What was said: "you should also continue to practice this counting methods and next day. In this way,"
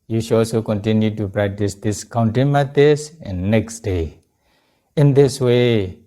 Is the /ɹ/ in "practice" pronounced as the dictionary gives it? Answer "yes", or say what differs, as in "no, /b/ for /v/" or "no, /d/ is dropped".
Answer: yes